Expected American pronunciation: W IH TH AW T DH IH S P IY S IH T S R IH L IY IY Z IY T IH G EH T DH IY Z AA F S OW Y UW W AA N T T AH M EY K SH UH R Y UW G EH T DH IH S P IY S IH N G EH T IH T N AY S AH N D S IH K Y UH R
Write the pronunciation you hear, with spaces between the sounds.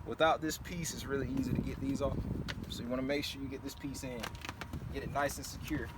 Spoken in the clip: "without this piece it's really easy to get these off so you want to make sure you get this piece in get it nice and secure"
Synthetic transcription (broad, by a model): W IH TH AW T DH IH S P IY S IH T S R IH L IY IY Z IY T IH G EH T DH IY Z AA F S OW Y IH W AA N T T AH M EY K SH UH R Y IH G EH T DH IH S P IY S IH N G EH T IH T N AY S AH N S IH K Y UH R